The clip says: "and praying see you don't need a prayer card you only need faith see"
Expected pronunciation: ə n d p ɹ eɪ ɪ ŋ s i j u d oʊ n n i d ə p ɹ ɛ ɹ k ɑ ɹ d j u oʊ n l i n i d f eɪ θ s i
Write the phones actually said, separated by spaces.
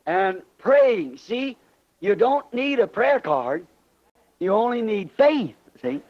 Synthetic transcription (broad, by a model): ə n p ɹ eɪ ɪ ŋ s i j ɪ d oʊ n n i d ə p ɹ ɛ ɹ k ɑ ɹ d j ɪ oʊ n l i n i d f eɪ θ s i